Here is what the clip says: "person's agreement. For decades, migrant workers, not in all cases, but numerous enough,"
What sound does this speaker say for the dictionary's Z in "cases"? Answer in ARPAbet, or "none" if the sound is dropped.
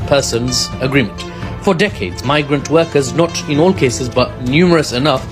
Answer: Z